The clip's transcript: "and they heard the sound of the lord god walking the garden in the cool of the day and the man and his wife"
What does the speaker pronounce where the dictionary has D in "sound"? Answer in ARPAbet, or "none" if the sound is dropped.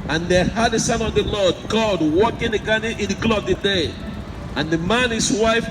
none